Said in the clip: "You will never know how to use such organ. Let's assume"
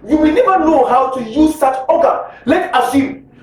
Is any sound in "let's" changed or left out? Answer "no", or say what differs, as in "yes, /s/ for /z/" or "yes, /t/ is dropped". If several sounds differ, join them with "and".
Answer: yes, /s/ is dropped